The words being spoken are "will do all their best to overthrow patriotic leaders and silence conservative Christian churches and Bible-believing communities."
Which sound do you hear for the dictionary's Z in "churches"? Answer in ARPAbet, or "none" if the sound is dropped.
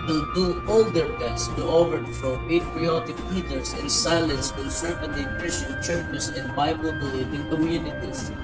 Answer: S